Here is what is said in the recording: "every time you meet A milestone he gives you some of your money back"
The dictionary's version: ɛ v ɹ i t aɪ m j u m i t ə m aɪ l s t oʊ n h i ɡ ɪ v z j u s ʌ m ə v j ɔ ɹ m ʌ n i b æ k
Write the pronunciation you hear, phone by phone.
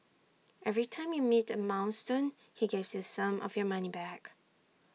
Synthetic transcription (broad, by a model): ɛ v ɹ i t aɪ m j u m i t ə m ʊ n s t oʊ n h i ɡ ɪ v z j u s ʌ m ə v j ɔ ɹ m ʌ n i b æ k